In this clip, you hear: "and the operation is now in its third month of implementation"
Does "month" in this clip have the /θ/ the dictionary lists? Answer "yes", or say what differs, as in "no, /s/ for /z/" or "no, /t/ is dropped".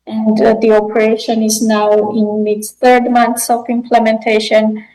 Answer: no, /s/ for /θ/